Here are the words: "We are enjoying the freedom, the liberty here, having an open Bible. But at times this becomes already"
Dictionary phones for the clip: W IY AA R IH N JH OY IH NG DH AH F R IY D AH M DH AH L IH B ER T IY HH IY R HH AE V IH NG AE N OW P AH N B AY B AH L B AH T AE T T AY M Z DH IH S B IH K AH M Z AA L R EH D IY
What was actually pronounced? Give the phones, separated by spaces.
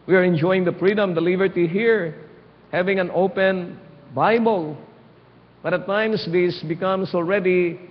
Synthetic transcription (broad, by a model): W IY AA R IH N JH OY IH NG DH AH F R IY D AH M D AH L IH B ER T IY HH IY R HH AE V IH NG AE N OW P AH N B AY B AH L B AH T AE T T AY M S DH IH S B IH K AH M S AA L R EH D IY